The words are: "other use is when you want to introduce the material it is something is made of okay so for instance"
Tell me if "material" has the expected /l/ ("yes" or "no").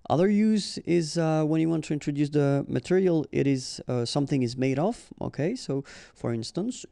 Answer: yes